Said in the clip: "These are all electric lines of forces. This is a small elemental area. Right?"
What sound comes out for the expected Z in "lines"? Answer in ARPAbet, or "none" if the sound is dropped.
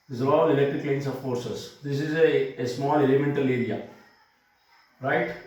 S